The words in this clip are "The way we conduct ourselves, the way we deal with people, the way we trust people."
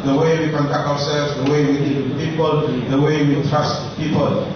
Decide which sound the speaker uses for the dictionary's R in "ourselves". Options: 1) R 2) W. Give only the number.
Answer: 2